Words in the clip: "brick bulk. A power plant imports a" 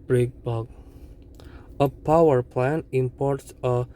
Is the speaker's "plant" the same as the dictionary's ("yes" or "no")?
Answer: no